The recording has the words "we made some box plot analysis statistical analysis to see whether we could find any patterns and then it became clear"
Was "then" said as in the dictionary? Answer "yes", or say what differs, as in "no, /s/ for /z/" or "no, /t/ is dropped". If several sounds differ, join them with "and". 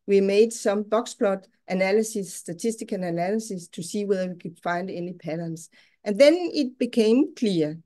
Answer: yes